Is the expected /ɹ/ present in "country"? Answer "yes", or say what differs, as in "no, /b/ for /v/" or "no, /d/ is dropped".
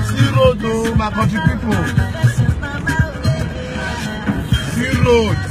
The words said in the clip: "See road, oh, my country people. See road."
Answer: no, /ɹ/ is dropped